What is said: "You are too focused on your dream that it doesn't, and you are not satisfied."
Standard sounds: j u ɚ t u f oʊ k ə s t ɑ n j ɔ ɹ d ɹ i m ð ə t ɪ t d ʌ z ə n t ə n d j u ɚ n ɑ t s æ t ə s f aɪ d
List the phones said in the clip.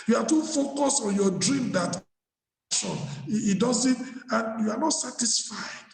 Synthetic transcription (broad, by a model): j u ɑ t u f oʊ k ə s ɑ n j ɔ d ɹ i m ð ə t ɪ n d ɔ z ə n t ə n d j u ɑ n ɑ t s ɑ t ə s f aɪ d